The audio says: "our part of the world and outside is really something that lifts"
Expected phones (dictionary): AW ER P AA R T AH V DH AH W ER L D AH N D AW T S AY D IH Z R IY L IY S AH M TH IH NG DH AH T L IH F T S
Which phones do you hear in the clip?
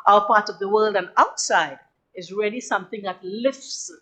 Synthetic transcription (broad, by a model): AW ER P AA R T AH V DH AH W ER L D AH N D AW T S AY D IH Z R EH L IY S AH M TH IH NG DH AH T L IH F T S